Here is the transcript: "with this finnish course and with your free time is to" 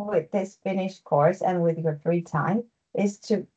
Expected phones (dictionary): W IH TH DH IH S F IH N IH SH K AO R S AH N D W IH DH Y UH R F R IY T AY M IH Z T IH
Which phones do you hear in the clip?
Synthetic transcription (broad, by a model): W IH DH IH S F IH N IH SH K AO R S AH N W IH DH Y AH R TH R IY T AY M IH Z T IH